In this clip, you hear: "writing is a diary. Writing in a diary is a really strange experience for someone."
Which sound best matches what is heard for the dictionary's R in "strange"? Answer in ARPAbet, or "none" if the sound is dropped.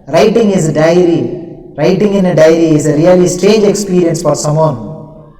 none